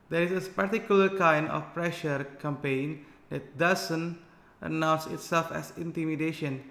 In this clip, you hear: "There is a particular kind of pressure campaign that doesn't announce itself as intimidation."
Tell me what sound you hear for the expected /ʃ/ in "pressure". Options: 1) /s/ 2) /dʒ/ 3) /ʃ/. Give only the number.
3